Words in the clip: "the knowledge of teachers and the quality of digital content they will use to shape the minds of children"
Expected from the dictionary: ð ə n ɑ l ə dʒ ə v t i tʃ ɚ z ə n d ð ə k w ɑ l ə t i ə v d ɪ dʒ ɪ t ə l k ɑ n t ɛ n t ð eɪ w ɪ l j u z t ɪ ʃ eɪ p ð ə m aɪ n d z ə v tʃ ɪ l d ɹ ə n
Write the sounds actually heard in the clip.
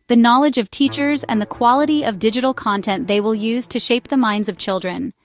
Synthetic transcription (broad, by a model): ð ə n ɑ l ə dʒ ə v t i tʃ ɚ z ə n ð ə k w ɑ l ə t i ə v d ɪ dʒ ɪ t l k ɑ n t ɛ n ð eɪ w ɪ l j u z t ɪ ʃ eɪ p ð ə m aɪ n d z ə v tʃ ɪ l d ɹ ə n